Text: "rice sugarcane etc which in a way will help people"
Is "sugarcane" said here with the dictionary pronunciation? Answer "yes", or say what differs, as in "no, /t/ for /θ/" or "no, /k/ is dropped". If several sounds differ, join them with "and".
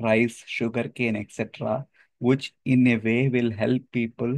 yes